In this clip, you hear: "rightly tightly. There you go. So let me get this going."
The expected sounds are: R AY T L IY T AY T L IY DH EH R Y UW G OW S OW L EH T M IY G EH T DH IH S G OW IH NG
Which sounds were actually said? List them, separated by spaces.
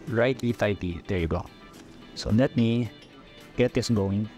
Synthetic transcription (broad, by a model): R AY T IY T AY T IY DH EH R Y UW G OW S OW N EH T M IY G EH T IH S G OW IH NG